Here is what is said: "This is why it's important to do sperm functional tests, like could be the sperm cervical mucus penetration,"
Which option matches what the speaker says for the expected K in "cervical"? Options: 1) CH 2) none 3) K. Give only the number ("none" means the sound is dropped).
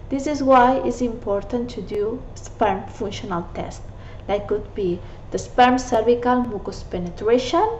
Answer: 3